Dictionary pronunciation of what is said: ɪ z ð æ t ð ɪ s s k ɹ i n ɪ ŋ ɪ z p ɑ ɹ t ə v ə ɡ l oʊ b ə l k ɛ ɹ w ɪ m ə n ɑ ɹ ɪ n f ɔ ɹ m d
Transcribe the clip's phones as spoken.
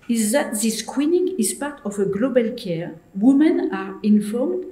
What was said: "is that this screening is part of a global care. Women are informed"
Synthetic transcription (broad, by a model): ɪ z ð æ t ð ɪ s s k w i n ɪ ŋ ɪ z p ɑ ɹ t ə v ə ɡ l oʊ b ə l k ɛ ɹ w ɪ m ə n ɑ ɹ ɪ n f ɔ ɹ m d